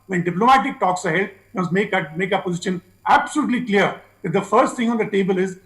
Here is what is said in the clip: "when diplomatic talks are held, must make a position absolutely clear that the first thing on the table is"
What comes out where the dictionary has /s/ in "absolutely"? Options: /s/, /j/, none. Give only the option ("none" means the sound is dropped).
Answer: /s/